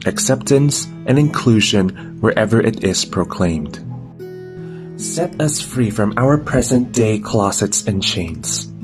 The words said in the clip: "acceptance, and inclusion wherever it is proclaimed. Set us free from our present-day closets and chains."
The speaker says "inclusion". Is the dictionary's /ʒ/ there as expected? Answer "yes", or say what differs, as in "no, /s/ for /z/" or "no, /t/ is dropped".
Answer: yes